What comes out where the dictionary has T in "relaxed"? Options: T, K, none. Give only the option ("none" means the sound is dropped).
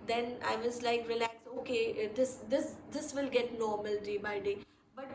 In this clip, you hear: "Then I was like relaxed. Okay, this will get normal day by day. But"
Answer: none